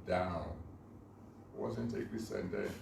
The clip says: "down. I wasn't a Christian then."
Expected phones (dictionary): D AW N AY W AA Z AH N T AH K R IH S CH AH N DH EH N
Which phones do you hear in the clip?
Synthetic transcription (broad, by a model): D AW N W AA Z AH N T AH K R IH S AH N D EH